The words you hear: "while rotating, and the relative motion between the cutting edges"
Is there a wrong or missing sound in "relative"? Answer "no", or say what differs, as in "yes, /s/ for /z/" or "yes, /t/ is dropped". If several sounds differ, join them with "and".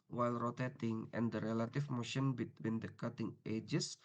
yes, /f/ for /v/